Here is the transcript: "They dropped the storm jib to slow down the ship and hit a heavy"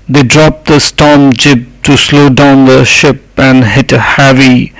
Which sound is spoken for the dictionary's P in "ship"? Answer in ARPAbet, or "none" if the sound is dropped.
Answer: P